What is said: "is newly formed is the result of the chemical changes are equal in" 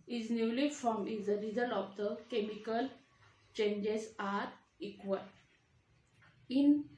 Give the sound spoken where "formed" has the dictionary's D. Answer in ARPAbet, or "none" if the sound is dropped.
none